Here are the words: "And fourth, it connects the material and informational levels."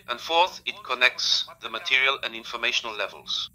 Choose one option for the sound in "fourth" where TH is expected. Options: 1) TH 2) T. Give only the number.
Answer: 1